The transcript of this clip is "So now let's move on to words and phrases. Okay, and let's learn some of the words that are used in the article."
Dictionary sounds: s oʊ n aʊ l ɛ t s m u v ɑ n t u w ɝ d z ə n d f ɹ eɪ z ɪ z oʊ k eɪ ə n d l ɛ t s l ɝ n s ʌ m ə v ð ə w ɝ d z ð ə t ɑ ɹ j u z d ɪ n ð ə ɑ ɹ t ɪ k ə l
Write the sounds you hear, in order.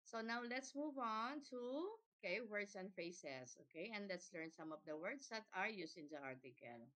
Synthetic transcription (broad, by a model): s oʊ n aʊ l ɛ t s m u v ɑ n t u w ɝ d s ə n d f ɹ eɪ s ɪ s oʊ k eɪ ə n d l ɛ t s l ɝ n s ʌ m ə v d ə w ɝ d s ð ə t ɑ ɹ j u s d ɪ n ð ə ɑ ɹ t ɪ k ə l